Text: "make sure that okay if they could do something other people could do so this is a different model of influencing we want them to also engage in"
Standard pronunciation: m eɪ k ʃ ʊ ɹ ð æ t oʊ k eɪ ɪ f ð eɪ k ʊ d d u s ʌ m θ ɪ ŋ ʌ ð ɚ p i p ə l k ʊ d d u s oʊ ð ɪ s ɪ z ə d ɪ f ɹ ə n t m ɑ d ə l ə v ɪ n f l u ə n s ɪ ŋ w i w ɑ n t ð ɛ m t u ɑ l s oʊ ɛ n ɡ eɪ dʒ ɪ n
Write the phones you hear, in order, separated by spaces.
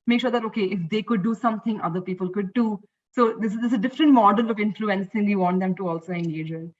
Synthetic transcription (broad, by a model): m eɪ k ʃ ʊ ɹ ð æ t oʊ k eɪ ɪ f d eɪ k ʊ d d u s ʌ m t ɪ ŋ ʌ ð ɚ p i p ə l k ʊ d d u s oʊ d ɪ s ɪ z ə d ɪ f ɹ ə n t m ɑ d ə l ə v ɪ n f l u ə n s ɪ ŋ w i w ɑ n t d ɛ m t u ɑ l s oʊ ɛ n ɡ eɪ dʒ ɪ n